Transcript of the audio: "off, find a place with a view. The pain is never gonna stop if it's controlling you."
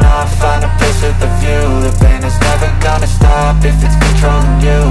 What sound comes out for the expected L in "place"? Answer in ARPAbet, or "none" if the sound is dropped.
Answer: none